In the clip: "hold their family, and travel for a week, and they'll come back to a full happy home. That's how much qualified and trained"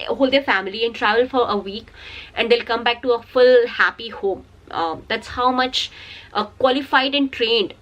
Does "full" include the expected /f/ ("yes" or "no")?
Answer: yes